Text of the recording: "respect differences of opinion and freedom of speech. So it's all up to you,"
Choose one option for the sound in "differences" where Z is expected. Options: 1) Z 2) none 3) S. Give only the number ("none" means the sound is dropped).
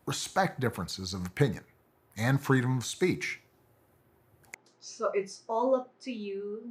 1